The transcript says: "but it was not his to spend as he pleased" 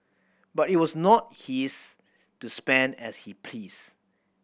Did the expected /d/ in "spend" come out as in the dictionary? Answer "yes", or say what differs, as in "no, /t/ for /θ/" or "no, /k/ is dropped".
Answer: yes